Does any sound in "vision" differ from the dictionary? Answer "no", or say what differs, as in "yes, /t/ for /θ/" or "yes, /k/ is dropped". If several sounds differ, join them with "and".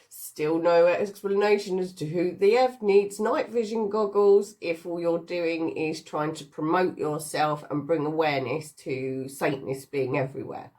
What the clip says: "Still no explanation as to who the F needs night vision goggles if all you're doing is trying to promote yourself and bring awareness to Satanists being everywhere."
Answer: no